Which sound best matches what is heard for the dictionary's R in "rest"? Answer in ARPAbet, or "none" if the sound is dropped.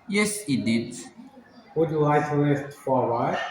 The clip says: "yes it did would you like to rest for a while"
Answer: L